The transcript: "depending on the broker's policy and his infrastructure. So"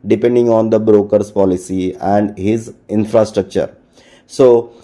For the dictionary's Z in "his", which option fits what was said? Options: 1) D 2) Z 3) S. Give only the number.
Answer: 2